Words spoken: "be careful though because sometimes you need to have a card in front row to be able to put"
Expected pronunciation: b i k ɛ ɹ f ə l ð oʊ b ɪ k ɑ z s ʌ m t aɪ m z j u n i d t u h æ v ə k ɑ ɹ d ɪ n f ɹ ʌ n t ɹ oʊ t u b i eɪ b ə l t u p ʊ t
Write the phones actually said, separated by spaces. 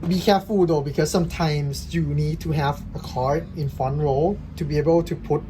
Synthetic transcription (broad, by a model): b i k ɛ f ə l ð oʊ b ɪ k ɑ s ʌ m t aɪ m s j u n i d t u h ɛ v ə k ɑ ɹ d ɪ n f ʌ n ɹ oʊ t u b i eɪ b ə l t u p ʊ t